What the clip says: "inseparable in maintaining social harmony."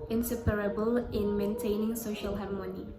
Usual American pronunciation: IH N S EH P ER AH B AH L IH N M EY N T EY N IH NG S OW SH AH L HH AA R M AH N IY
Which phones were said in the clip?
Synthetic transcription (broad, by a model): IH N S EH P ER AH B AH L IH N M EY N T EY N IH NG S OW SH AH L HH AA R M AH N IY